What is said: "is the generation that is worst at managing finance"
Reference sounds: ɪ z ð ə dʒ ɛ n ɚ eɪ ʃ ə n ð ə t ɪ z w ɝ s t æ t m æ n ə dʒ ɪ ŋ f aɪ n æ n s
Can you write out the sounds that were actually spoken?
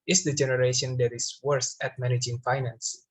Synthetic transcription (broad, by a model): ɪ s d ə dʒ ɛ n ɚ eɪ ʃ ə n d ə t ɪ s w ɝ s æ t m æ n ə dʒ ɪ ŋ f aɪ n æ n s